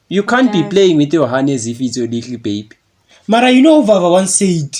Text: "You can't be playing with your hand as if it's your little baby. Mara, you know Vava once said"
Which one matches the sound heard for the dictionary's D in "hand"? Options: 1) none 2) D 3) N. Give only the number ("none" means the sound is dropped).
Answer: 1